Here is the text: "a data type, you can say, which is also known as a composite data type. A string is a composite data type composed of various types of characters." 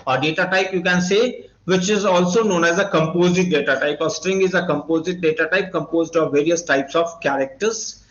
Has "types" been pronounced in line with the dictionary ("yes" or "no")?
yes